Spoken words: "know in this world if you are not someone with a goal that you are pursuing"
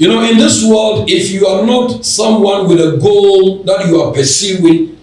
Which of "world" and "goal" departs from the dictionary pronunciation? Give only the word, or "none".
none